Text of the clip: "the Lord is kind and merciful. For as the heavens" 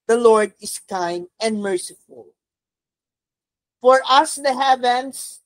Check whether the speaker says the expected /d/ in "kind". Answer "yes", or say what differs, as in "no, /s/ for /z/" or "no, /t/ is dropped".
no, /d/ is dropped